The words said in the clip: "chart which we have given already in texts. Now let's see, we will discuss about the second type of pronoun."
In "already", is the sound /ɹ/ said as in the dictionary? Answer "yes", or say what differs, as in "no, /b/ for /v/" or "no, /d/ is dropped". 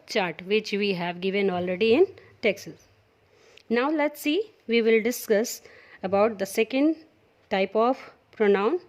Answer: yes